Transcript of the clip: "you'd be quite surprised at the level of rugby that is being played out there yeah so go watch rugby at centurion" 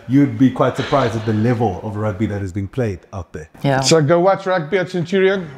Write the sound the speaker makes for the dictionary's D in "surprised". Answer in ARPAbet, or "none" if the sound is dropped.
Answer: D